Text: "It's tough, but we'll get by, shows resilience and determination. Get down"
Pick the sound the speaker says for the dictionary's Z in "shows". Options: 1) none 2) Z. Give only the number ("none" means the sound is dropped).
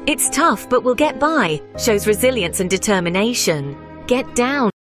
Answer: 2